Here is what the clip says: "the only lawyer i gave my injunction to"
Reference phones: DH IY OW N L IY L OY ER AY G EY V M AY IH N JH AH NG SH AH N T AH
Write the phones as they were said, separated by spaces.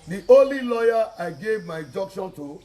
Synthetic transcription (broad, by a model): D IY OW L IY L OY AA AY G EY V M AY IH JH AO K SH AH N T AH